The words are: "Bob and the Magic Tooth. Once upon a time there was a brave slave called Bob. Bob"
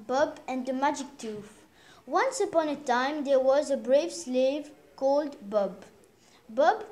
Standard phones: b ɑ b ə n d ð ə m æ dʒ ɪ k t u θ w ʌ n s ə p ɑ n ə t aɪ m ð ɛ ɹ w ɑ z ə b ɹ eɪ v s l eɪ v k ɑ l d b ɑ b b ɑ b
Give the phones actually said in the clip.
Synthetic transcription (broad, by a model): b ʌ b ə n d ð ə m æ dʒ ɪ k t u f w ʌ n s ə p ɑ n ə t aɪ m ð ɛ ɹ w ɑ z ə b ɹ eɪ v s l eɪ v k ɑ l d b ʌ b b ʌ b